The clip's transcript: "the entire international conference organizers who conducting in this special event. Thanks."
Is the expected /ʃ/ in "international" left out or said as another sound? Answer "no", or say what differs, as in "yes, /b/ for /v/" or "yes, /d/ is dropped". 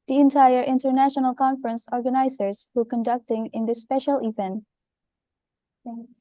no